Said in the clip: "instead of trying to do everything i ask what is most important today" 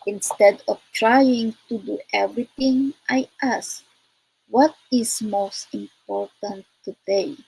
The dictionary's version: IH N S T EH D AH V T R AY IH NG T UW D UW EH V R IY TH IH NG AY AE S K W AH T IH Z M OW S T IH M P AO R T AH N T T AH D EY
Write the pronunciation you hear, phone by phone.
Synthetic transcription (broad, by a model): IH N S T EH D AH F T R AY IH NG T UW D UW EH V R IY T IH NG AY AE S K W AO T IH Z M OW S T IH M P AO R T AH N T T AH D EY